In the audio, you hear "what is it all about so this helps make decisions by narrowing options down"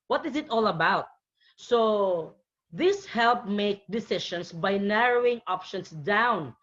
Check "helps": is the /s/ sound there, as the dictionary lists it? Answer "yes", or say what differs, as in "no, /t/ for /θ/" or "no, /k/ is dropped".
no, /s/ is dropped